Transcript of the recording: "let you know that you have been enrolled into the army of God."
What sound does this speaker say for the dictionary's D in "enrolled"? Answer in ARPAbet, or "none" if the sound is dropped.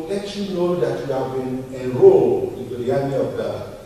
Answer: none